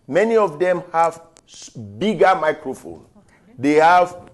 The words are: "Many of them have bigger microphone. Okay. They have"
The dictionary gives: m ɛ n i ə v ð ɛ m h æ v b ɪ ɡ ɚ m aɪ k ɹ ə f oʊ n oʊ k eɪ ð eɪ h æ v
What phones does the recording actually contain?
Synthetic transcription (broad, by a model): m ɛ n i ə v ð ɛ m h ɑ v b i ɡ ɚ m aɪ k ɹ ə f oʊ n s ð eɪ h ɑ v